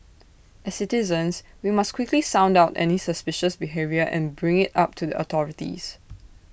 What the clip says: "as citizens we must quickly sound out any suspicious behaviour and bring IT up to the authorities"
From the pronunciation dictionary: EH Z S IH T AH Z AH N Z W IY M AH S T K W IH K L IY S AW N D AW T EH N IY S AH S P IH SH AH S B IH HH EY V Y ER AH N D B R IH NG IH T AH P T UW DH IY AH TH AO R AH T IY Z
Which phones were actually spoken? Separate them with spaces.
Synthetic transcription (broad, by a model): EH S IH T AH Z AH N S W IY M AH S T K W IH K L IY S AW N D AW T EH N IY S AH S P IH SH AH S B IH HH EY V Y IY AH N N B R IH NG IH T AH P T UW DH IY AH T AO R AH T IY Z